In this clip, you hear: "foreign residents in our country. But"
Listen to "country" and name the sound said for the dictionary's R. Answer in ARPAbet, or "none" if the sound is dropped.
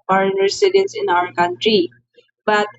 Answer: R